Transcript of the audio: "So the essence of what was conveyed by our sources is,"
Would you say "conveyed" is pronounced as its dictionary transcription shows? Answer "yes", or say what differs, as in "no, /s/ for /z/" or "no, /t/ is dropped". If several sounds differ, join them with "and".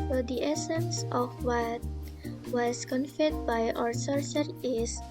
no, /f/ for /v/